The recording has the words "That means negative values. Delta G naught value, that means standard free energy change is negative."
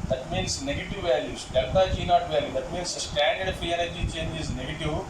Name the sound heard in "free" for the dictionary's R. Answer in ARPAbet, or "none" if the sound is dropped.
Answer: none